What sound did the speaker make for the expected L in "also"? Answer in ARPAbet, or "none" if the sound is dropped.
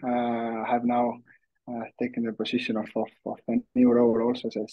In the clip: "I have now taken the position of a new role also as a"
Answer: L